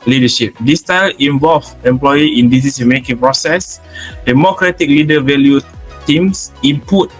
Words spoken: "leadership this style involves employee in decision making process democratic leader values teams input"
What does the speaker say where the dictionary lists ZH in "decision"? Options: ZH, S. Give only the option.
S